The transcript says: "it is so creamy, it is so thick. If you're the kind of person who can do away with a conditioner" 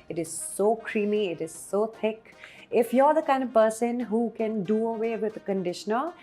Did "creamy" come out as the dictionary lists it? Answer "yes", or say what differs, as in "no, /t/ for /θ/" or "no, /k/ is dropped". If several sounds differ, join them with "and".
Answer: yes